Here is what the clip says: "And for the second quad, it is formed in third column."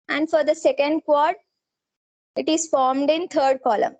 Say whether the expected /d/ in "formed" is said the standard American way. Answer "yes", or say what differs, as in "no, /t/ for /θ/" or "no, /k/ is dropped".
yes